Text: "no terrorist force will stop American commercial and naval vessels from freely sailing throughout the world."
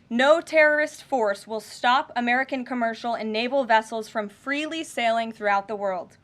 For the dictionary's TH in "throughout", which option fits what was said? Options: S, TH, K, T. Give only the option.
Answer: TH